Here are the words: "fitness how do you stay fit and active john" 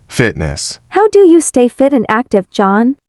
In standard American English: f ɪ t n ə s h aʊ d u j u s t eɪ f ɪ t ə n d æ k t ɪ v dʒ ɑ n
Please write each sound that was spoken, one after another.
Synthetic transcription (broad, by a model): f ɪ t n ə s h aʊ d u j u s t eɪ f ɪ t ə n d æ k t ɪ v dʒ ɑ n